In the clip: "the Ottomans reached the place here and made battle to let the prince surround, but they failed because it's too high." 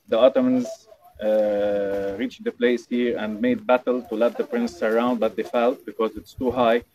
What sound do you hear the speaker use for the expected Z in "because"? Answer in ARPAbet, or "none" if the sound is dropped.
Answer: Z